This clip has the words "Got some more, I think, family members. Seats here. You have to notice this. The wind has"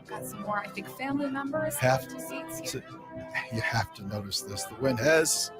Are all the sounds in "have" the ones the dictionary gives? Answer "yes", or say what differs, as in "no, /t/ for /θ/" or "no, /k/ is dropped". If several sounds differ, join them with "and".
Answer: no, /f/ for /v/